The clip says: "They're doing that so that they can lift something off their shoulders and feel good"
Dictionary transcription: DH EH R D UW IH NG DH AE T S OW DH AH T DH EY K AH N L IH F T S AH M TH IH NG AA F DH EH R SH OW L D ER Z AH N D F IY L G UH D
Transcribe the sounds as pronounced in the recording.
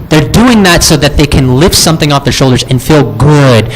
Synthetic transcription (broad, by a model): DH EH R D UW IH NG DH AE T S OW DH AH T DH EY K AH N L IH F T S AH M TH IH NG AA F DH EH R SH OW L D ER Z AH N F IY L G UH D